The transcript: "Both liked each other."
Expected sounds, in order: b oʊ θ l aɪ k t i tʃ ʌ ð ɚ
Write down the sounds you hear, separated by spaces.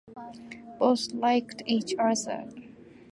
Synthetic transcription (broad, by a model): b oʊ s l aɪ k t i tʃ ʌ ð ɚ